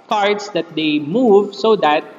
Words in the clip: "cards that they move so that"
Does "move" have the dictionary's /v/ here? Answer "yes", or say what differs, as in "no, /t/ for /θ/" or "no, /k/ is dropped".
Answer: yes